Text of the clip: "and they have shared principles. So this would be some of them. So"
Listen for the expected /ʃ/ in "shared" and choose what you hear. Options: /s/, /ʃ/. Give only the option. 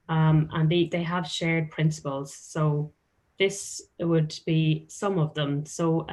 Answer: /ʃ/